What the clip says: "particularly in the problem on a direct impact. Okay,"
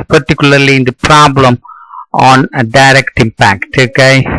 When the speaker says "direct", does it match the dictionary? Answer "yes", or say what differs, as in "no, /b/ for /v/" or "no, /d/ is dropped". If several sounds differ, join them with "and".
yes